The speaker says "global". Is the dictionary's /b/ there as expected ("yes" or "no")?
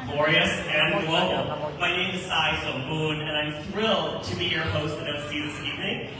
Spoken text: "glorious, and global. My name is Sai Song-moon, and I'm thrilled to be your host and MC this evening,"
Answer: no